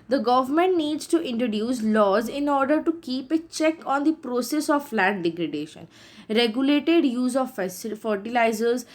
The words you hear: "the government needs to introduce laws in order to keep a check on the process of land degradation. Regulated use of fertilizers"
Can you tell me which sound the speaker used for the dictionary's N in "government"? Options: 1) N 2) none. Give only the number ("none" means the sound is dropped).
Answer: 1